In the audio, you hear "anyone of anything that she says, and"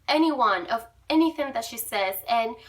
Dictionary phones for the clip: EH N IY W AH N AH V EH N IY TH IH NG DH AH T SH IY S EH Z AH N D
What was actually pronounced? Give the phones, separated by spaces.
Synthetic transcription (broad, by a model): EH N IY W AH N AH V EH N IY TH IH NG DH AH T SH IY S EH Z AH N